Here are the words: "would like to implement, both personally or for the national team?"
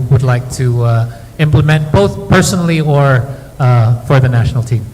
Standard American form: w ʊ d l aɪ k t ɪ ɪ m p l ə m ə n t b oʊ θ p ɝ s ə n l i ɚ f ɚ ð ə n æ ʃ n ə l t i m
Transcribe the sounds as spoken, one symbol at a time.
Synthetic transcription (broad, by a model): w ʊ d l aɪ k t ɪ ɪ m p l ə m ə n t b oʊ θ p ɝ s ə n l i ɚ f ɚ ð ə n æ ʃ n l t i m